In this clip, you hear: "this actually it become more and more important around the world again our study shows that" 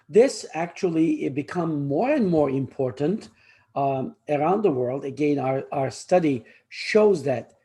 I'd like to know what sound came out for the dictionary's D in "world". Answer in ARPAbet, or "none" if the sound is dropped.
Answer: D